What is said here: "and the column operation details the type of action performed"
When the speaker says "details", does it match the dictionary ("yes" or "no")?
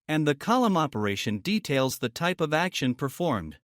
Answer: yes